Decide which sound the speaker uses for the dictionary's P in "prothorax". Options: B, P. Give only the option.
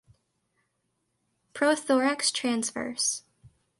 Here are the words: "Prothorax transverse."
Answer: P